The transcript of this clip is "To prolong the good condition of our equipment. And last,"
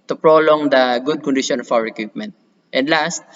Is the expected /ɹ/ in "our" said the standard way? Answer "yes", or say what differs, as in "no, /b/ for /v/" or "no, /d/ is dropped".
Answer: no, /w/ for /ɹ/